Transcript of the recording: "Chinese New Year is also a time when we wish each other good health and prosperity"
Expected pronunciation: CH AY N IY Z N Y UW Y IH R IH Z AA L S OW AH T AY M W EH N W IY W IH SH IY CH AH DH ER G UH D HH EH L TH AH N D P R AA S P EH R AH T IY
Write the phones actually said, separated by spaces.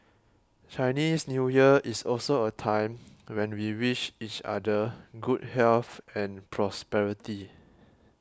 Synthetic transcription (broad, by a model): CH AY N IY S N Y UW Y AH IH S AA L S OW AH T AY M W EH N W IY W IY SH IY CH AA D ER G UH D HH EH L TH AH N P R AA S P EH R AH T IY